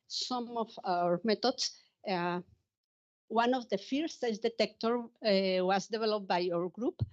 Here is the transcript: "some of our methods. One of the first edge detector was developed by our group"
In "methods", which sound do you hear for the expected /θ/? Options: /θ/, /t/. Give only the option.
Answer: /t/